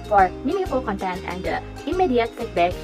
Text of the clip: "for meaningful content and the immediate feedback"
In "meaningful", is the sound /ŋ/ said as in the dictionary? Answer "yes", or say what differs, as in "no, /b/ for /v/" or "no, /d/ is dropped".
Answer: no, /ŋ/ is dropped